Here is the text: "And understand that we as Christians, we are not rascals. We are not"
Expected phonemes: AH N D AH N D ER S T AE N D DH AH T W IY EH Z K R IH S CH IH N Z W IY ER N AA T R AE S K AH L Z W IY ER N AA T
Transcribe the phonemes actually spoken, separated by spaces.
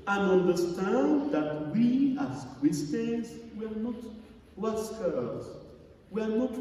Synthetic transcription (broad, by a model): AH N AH N D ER S T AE N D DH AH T W IY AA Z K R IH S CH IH Z W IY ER N AA T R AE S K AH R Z W IY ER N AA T